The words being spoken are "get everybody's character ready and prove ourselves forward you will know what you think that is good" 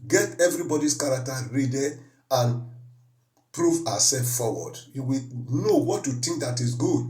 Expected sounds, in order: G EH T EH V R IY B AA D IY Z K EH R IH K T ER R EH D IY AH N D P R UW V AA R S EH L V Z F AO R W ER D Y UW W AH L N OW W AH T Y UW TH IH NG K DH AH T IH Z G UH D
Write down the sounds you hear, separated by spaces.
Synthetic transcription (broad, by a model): G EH T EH V R IY B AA D IY S K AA R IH K T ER R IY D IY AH N P R UW V AA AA S EH L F F AO W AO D Y UW W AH N OW W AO T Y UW T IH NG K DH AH T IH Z G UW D